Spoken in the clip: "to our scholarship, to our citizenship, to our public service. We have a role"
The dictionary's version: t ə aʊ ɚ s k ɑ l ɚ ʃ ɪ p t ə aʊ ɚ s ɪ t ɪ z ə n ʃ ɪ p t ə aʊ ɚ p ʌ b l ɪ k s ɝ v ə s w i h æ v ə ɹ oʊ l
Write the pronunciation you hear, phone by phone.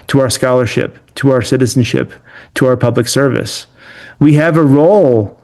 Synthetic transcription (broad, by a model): t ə aʊ ɚ s k ɑ l ɚ ʃ ɪ p t ə aʊ ɚ s ɪ t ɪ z n ʃ ɪ p t ə aʊ ɚ p ʌ b l ɪ k s ɝ v ə s w i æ v ə ɹ oʊ l